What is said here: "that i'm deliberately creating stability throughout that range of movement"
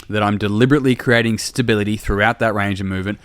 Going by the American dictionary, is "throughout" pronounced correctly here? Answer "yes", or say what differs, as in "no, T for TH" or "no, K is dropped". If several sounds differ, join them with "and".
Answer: yes